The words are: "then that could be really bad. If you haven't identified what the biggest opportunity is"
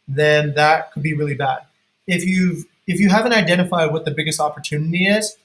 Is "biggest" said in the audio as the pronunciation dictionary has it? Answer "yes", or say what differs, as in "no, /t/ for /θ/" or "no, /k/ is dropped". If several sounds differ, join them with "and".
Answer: yes